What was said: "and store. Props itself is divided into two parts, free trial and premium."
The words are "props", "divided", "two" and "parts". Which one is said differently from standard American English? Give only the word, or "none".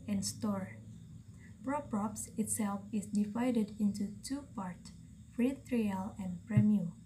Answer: none